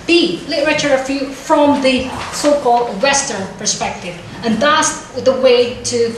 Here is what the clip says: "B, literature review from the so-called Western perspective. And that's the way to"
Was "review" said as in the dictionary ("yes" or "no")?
no